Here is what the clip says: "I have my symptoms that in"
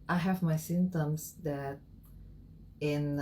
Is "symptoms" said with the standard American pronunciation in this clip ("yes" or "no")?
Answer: no